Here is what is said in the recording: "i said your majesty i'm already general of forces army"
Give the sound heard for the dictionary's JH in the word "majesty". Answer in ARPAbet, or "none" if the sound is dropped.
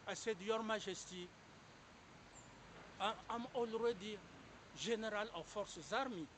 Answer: ZH